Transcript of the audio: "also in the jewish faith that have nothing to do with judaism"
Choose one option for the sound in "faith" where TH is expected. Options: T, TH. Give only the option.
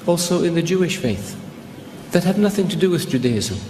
TH